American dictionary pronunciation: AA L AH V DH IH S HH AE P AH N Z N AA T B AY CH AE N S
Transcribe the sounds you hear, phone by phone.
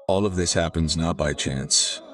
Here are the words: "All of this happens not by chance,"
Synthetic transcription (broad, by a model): AA L AH V DH IH S HH AE P AH N Z N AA T B AY CH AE N S